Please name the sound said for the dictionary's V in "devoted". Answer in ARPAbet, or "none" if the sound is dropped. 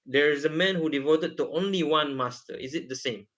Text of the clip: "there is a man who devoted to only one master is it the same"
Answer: V